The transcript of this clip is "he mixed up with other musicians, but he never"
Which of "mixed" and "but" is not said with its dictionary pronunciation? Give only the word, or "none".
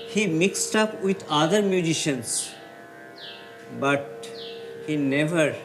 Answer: none